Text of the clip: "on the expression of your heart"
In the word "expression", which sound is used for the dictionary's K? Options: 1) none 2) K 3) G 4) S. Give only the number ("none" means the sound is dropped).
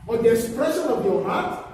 1